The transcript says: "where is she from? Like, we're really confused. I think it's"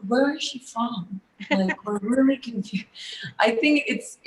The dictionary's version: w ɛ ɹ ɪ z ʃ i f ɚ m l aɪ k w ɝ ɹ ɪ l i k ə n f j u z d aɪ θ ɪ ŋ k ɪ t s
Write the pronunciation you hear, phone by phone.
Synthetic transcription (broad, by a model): w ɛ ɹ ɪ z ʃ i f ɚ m l aɪ k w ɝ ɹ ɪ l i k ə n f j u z aɪ θ ɪ ŋ k ɪ t s